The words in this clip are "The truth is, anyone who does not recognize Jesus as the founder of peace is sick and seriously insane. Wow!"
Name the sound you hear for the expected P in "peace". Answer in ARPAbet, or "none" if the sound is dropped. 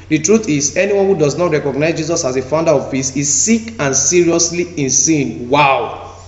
F